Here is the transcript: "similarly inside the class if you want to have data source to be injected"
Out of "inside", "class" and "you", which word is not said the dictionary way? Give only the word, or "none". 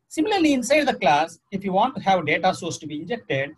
none